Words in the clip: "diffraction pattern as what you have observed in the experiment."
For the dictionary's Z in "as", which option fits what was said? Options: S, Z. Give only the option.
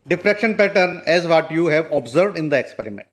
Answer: Z